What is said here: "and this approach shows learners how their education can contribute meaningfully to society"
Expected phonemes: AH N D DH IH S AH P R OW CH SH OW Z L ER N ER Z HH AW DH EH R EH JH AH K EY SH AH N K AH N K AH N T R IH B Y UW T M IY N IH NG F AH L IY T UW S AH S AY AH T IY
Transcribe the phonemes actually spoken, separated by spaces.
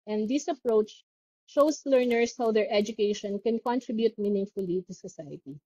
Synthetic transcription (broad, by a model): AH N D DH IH S AH P R OW CH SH OW S L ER N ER S HH AW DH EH R EH JH AH K EY SH AH N K AH N K AH N T R IH B Y UW T M IY N IH NG F AH L IY T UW S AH S AY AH T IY